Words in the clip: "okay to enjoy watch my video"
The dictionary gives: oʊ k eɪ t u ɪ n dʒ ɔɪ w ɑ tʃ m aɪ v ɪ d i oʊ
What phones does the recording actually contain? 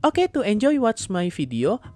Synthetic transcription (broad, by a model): oʊ k eɪ t u ɪ n dʒ ɔɪ w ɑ s m aɪ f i d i oʊ